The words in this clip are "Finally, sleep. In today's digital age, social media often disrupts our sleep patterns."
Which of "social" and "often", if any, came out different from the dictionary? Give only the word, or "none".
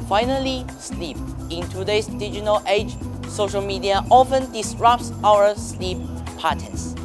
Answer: none